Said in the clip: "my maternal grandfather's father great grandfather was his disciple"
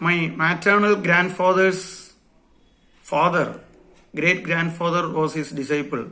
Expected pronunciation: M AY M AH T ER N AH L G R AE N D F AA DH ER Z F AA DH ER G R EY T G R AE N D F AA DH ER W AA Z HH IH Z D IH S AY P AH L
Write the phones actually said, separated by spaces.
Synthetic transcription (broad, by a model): M AY M AH T ER N AH L G R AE N D F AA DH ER S F AA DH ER G R EY T G R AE N D F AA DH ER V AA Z HH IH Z D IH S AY P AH L